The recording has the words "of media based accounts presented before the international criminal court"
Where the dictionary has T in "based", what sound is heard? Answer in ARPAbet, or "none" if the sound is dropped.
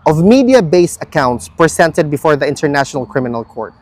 none